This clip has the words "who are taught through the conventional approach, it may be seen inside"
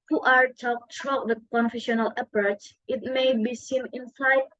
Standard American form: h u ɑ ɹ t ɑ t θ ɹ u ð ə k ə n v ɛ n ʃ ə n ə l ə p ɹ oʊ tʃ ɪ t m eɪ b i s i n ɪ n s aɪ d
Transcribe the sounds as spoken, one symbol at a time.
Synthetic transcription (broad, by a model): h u ɑ ɹ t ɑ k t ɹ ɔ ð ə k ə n f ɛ ʃ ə n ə l ə p ɹ oʊ tʃ ɪ t m eɪ b i s i n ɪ n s aɪ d